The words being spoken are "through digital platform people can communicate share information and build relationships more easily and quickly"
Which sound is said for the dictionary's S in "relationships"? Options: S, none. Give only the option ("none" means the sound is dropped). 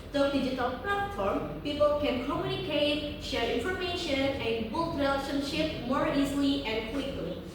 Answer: none